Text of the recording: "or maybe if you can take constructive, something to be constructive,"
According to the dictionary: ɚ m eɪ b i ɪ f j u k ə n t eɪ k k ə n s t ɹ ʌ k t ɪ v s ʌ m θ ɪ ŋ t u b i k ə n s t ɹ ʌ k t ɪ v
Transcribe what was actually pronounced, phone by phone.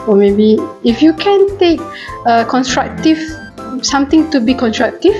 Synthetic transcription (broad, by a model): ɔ m eɪ b i ɪ f j u k ə n t eɪ k k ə n s t ɹ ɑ k t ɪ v s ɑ m t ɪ ŋ t u b i k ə n s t ɹ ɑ k t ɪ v